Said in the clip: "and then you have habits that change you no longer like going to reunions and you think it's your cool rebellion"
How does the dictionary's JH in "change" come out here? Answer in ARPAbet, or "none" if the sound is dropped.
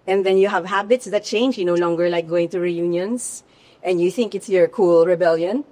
JH